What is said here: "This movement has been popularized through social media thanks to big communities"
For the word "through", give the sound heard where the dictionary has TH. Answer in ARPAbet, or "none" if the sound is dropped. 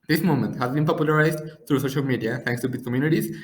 T